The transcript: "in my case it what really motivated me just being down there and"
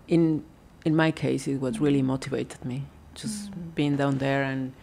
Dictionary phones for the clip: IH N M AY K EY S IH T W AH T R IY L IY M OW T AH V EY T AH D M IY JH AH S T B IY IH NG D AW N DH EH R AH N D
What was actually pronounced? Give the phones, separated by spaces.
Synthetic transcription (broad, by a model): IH N M AY K EY S IH T W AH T R IY L IY M OW T AH V EY T AH D M IY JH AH S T B IY IH NG D AW N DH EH R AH N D